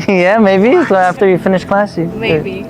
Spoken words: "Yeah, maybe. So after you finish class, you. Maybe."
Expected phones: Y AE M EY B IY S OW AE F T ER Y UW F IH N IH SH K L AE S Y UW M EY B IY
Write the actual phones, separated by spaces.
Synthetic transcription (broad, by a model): Y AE M EY B IY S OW AE F T ER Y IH F IH N IH SH K L AE S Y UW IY